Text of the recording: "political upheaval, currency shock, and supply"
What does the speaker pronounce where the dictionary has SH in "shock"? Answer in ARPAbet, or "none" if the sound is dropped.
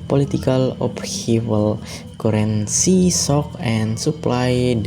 S